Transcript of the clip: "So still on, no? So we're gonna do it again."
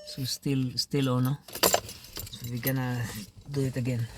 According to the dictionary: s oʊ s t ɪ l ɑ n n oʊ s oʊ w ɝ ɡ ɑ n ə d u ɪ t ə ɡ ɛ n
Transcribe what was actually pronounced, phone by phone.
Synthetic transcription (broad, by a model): s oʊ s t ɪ l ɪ l n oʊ s oʊ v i ɡ ɑ n ə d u ɪ t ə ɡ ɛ n